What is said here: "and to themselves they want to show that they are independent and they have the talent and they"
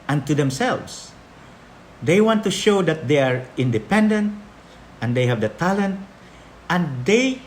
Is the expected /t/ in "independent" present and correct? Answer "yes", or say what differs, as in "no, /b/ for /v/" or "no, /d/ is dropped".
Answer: yes